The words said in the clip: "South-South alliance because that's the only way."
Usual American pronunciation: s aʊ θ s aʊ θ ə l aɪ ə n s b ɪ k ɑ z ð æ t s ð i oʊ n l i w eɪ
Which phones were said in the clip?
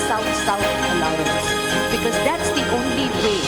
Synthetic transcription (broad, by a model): s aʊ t s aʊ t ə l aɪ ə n b ɪ k ɑ z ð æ t s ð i oʊ n l i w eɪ